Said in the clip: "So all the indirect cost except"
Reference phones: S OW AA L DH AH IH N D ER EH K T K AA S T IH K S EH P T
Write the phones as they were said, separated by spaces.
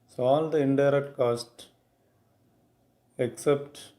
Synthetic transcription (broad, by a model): S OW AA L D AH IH N D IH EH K T K AA S T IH K S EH P T